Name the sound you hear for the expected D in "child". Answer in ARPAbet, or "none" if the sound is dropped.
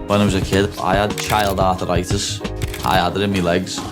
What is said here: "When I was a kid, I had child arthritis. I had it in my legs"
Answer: D